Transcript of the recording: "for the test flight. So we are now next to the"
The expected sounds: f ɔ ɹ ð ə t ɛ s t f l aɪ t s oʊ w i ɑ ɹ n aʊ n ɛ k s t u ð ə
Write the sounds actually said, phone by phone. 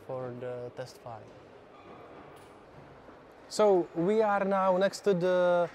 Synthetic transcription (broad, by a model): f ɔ ɹ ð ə t ɛ s t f aɪ s oʊ w i ɑ ɹ n aʊ n ɛ k s t u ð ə